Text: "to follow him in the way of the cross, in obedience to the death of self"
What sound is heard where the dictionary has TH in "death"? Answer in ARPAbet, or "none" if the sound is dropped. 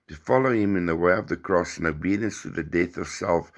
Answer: TH